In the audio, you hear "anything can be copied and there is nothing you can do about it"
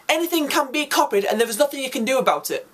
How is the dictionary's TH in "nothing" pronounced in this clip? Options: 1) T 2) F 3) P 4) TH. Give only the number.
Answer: 4